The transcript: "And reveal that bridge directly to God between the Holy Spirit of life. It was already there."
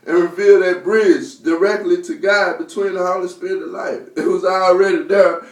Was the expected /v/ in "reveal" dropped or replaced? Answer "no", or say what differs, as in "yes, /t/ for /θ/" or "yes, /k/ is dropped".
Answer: no